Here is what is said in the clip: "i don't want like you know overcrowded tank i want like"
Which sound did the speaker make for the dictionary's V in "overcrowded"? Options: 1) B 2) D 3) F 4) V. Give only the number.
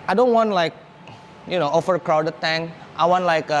3